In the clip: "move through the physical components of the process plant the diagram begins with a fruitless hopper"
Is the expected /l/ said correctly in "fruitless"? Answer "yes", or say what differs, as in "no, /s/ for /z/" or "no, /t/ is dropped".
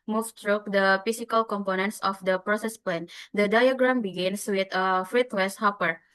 no, /w/ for /l/